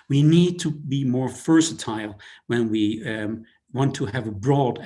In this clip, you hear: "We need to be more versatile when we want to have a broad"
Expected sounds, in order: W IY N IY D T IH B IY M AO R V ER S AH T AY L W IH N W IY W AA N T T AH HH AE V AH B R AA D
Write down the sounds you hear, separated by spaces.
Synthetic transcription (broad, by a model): W IY N IY D T IH B IY M AO R F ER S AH T AY L W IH N W IY W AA N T T AH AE V AH B R AA D